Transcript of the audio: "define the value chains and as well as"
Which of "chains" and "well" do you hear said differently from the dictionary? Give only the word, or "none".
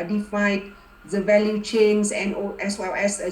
chains